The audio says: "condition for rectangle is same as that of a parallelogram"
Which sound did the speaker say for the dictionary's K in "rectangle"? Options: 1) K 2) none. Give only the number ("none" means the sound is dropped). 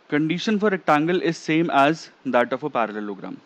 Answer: 2